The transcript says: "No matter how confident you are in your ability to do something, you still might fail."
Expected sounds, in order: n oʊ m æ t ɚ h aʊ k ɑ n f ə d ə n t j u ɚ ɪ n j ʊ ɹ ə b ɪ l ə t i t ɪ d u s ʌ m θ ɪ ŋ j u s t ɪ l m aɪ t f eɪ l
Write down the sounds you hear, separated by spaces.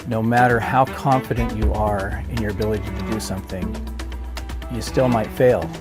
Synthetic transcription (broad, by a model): n oʊ m æ t ɚ h aʊ k ɑ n f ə d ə n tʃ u ɚ ɪ n j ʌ ɹ ə b ɪ l ə t i t ɪ d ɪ s ʌ m θ ɪ ŋ j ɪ s t ɪ l m aɪ t f eɪ l